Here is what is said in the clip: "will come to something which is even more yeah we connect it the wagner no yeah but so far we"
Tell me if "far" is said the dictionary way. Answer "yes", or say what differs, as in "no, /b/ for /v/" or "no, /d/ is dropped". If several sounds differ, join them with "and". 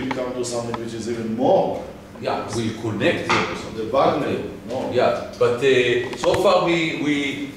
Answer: no, /w/ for /ɹ/